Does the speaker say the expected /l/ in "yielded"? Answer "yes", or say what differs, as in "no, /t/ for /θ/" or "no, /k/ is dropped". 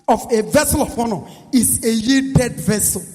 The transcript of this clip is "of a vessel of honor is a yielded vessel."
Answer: no, /l/ is dropped